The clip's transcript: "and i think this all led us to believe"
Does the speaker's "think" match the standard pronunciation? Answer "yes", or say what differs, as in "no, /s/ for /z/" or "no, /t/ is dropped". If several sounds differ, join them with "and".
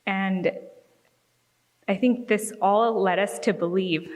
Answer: yes